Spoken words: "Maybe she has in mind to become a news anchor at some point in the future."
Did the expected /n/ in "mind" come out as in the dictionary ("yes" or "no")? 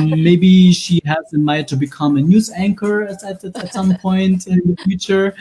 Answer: no